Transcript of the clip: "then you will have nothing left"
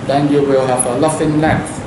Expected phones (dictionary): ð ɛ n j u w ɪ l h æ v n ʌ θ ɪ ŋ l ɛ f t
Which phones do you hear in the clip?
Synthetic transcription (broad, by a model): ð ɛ n j u w ɪ l h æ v l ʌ f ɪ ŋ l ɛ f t